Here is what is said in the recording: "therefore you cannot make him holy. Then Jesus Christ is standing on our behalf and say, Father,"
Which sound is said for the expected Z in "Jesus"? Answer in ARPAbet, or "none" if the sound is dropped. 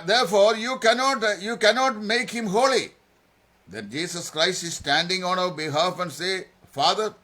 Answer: S